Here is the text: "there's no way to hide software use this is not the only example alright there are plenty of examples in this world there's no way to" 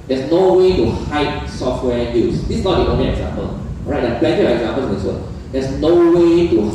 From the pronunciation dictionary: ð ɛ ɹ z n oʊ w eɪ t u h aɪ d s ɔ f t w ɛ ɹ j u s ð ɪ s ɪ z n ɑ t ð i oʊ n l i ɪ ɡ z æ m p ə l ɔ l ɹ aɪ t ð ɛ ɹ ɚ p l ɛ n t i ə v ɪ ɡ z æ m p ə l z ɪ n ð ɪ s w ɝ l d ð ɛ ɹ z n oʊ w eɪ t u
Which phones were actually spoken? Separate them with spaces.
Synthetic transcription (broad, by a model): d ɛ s n oʊ w eɪ t u h aɪ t s ɔ f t w ɛ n j u s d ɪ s n ɑ t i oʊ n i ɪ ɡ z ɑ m p ə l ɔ ɹ aɪ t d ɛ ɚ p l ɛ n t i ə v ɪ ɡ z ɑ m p ə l s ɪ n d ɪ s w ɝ d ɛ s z n oʊ w eɪ t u